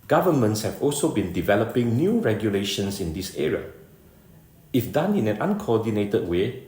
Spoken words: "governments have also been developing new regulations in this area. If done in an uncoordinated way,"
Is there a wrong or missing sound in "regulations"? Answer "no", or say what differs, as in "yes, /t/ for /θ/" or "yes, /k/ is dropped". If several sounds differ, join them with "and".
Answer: yes, /s/ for /z/